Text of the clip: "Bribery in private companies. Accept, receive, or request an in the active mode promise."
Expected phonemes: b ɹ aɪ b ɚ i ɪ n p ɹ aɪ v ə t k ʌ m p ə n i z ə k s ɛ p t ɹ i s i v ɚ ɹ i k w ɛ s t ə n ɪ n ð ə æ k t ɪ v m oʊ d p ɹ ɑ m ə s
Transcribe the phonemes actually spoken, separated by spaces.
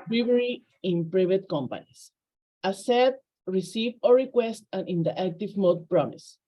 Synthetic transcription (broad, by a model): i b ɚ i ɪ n p ɹ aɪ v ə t k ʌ m p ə n i s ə s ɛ t ɹ i s i v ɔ ɹ i k w ɛ s t ə n ɪ n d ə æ k t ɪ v m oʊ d p ɹ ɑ m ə s